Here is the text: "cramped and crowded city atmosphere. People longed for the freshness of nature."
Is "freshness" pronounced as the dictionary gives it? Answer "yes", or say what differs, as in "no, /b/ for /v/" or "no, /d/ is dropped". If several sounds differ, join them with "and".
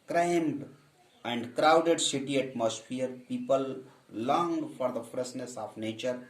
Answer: no, /s/ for /ʃ/